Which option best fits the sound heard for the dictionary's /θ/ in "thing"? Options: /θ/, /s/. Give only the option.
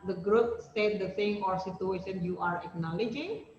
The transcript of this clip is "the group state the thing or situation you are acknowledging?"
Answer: /s/